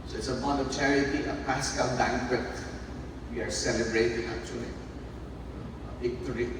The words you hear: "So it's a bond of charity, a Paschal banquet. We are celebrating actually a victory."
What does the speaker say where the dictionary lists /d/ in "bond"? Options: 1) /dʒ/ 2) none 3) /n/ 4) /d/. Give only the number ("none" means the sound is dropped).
2